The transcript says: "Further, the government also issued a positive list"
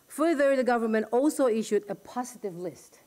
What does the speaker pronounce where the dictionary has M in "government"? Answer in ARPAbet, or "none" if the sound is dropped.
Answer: M